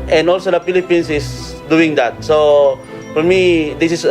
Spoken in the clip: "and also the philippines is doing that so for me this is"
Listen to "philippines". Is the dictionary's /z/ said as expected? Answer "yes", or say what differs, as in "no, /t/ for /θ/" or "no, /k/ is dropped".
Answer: no, /s/ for /z/